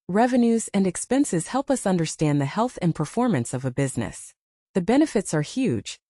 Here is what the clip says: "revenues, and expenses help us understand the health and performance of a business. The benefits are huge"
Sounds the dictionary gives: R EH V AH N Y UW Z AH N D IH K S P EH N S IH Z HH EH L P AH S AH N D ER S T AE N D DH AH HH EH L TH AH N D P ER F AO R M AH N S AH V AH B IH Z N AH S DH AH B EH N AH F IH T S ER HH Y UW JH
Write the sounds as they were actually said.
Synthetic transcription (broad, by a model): R EH V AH N Y UW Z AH N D IH K S P EH N S IH Z HH EH L P AH S AH N D ER S T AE N DH AH HH EH L TH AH N P ER F AO R M AH N S AH V AH B IH Z N AH S DH AH B EH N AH F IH T S ER HH Y UW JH